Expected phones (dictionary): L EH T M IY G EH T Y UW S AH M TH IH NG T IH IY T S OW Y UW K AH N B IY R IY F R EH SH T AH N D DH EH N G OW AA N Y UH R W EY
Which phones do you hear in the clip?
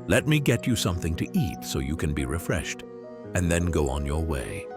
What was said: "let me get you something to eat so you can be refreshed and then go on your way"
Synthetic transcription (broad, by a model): L EH T M IY G EH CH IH S AH M TH IH NG T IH IY T S OW Y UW K AH N B IY R IY F R EH SH T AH N DH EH N G OW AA N Y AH R W EY